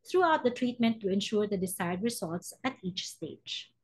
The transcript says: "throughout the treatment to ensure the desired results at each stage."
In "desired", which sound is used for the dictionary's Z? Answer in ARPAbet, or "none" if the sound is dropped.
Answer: S